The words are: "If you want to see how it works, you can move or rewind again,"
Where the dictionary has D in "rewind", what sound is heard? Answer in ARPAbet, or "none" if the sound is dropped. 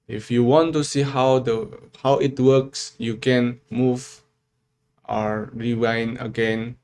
none